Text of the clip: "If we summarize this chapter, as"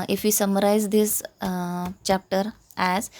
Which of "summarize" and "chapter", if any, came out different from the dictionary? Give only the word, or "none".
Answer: none